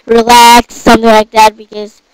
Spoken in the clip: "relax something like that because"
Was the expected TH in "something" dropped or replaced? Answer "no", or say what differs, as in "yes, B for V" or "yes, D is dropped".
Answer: no